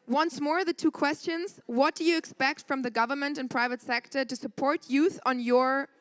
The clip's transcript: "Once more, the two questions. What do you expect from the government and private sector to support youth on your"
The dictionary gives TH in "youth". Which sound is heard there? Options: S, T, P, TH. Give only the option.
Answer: TH